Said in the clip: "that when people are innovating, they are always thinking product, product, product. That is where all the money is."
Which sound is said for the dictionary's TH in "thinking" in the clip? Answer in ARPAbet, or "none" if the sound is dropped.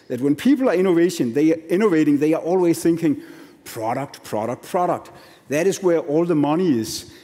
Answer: TH